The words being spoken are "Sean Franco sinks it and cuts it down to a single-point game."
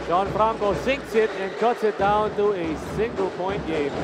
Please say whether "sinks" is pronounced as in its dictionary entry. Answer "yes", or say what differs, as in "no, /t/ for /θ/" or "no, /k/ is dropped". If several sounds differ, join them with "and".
yes